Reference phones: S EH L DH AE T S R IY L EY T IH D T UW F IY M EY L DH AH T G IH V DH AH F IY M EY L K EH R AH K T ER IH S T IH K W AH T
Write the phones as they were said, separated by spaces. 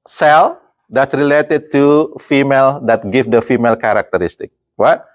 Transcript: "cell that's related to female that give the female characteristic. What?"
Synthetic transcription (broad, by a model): S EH L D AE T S R IY L EY T IH D T UW F IY M EY L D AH T G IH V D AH F IY M EY L K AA R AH K T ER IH S T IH K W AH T